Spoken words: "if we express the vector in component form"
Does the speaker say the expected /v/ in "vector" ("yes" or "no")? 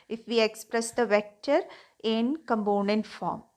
yes